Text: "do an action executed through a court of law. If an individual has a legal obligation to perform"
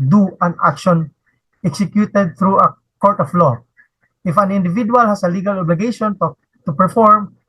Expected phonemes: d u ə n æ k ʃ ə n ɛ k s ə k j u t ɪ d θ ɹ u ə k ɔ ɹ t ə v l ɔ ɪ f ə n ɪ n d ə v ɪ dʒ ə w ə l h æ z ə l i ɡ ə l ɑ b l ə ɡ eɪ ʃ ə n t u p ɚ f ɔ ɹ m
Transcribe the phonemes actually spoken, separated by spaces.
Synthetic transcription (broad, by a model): d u ə n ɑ k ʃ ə n ɛ k s ə k j u t ɪ d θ ɹ u ə k ɔ ɹ t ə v l ɔ ɪ f ə n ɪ n d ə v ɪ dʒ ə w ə l h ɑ s ə l i ɡ ə l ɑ b l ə ɡ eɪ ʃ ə n t u p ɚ f ɔ ɹ m